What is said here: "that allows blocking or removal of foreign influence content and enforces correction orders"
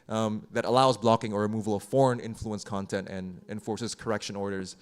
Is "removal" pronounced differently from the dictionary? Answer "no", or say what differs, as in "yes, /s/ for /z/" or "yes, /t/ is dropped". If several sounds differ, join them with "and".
no